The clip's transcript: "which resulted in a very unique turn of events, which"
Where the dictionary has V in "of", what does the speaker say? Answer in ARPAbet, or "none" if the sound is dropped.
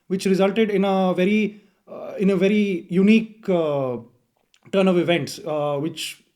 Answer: V